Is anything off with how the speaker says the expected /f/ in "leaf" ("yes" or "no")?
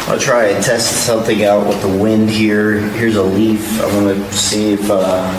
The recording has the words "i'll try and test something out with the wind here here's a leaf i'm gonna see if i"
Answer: no